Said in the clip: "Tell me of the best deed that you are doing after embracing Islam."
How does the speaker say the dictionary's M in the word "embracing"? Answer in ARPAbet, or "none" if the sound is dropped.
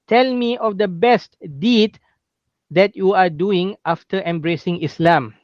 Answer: M